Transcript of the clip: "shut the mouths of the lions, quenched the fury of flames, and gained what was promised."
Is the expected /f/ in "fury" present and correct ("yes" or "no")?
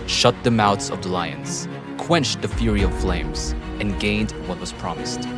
yes